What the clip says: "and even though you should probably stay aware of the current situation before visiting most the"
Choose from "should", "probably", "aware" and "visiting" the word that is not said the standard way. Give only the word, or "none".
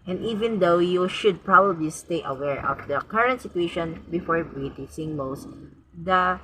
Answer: visiting